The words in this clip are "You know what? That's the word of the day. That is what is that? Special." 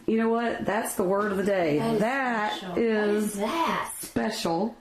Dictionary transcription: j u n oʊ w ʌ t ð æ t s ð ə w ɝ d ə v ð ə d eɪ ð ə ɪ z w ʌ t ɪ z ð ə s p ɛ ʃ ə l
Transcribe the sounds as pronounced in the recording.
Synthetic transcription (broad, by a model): j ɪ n oʊ w ʌ t ð æ t s ð ə w ɝ d ə v ð ə d eɪ ð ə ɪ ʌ t ɪ z s p ɛ ʃ l